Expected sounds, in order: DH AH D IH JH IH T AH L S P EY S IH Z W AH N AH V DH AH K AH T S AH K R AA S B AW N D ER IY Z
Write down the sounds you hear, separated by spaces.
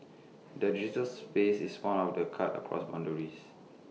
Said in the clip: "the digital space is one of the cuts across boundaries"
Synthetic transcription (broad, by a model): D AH D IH JH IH T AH L S P EY S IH S W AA N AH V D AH K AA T AH K R AA S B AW N D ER IY S